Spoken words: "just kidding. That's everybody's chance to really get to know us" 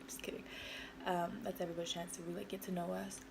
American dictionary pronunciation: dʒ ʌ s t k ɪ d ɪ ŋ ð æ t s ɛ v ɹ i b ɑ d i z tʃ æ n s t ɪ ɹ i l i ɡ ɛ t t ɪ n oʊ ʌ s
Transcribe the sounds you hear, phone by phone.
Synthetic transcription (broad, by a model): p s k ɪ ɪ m ð æ t s ɛ v ɹ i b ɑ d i tʃ æ n s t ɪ w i l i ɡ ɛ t t ɪ n oʊ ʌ s